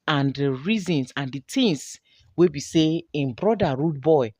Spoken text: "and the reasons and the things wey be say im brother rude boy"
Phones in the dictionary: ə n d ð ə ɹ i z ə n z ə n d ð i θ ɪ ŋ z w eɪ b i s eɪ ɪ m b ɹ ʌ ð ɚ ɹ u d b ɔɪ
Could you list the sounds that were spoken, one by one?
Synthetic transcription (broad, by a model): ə n d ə ɹ i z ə n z ə n d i t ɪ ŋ s w eɪ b i s eɪ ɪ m b ɹ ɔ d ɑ ɹ u d b ɔɪ